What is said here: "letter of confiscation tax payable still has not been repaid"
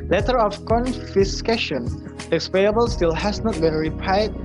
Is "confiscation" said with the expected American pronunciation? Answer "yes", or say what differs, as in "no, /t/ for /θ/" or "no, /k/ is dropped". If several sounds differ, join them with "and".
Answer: yes